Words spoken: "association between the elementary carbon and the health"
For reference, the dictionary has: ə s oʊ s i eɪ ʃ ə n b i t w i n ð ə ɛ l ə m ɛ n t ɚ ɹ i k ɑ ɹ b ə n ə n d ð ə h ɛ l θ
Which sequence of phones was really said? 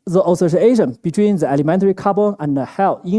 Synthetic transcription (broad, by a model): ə s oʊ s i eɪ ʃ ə n b i t w i n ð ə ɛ l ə m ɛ n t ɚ ɹ i k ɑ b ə ə n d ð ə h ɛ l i